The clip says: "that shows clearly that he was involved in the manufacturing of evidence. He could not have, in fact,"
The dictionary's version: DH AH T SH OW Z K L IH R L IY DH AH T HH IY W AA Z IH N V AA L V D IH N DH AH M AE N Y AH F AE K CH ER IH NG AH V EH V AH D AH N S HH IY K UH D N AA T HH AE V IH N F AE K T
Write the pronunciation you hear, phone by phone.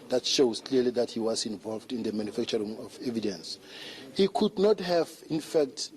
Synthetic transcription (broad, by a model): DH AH T SH OW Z K L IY L IY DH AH T HH IY W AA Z IH N V AA L V D IH N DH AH M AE N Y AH F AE K CH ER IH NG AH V EH V AH D AH N S HH IY K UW D N AA T HH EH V IH N F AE K T